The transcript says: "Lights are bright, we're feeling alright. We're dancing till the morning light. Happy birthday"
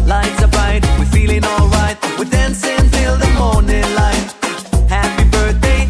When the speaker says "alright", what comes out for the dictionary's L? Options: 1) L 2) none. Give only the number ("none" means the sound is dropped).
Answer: 1